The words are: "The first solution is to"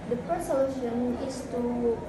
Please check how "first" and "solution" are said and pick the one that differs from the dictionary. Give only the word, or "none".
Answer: first